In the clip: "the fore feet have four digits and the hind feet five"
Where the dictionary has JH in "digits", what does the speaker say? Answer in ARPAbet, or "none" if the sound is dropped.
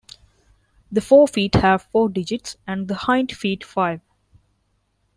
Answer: JH